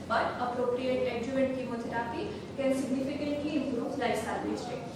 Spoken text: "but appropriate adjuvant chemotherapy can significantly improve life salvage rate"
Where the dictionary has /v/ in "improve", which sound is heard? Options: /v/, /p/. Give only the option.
/p/